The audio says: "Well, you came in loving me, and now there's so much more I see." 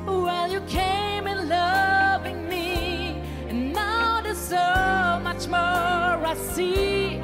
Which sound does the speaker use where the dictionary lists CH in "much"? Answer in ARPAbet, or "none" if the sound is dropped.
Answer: CH